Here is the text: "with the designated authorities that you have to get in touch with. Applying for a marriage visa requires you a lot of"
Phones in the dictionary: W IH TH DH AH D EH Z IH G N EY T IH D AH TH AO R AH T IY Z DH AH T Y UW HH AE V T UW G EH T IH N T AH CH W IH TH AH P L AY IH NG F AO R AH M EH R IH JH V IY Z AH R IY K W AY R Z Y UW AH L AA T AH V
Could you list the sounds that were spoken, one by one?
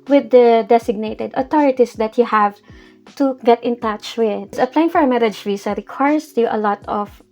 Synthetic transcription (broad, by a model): W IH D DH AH D EH S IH G N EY T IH D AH T AO R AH T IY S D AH T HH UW HH AE V T UW G EH T IH N T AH CH W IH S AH P L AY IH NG F AO R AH M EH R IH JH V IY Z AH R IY K W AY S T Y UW AH L AA T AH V